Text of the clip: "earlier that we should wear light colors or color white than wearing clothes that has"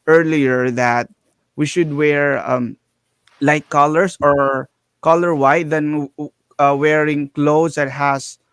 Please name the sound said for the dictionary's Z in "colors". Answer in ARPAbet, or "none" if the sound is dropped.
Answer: S